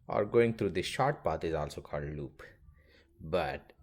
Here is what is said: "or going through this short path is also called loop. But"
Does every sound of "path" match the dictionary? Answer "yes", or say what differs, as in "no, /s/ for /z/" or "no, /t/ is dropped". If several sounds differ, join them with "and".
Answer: no, /t/ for /θ/